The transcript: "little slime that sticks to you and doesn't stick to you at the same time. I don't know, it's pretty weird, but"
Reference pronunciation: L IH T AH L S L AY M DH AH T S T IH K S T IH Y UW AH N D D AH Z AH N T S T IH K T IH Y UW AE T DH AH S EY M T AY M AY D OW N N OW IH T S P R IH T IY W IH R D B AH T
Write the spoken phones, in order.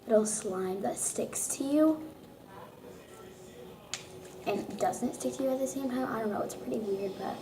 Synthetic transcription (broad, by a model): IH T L S L AY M DH AH T S T IH K S T IH Y UW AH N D D AH Z AH N T S T IH K T IH Y UW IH T DH AH S EY M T AY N AY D OW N N OW IH T S P R IH T IY W IH R D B AH T